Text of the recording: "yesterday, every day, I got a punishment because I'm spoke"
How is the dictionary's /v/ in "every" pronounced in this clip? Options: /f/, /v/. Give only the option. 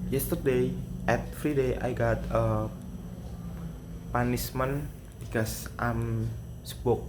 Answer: /f/